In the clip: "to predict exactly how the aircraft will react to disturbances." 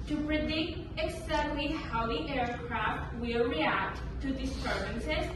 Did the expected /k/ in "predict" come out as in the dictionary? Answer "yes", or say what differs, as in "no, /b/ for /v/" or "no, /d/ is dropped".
yes